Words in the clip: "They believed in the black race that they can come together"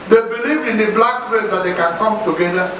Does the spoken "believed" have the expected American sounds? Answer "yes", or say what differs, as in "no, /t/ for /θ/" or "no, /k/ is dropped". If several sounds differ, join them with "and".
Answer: no, /d/ is dropped